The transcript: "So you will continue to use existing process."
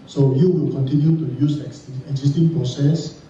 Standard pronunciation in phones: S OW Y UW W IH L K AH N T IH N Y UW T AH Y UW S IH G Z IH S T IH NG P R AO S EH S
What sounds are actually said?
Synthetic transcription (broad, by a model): S OW Y UW W IH L K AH N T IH N Y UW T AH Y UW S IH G S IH S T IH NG P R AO S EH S